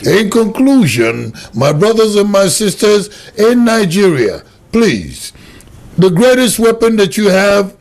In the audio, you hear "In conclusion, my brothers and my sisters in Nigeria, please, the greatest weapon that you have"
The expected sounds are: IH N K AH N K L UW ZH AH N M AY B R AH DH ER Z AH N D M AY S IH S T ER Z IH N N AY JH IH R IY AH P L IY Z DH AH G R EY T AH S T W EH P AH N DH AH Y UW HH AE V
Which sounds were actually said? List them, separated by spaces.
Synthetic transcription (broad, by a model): IH N K AH N K L UW ZH AH N M AY B R AH DH ER Z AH N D M AY S IH S T ER Z IH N N AY JH IH R IY AH P L IY Z DH AH G R EY T AH S T W EH P AH N DH AH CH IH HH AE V